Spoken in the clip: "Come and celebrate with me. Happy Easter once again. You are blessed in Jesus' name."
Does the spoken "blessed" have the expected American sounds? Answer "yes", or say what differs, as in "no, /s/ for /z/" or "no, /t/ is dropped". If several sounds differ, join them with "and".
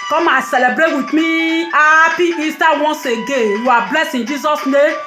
no, /t/ is dropped